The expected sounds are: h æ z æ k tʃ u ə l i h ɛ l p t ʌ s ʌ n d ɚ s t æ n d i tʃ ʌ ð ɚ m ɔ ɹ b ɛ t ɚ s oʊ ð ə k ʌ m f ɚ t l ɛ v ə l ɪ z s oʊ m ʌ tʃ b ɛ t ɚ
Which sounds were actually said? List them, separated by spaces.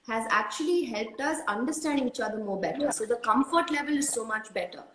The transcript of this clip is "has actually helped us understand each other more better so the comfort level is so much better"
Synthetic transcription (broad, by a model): h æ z æ k tʃ u ə l i h ɛ l p t ʌ s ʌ n d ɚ s t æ n d i tʃ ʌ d ɚ m ɔ ɹ b ɛ t ɚ s oʊ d ə k ʌ m f ɚ t l ɛ v ə l ɪ z s oʊ m ʌ tʃ b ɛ t ɚ